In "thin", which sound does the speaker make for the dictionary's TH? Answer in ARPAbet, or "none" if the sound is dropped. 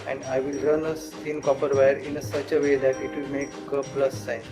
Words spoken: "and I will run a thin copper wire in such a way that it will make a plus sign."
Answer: S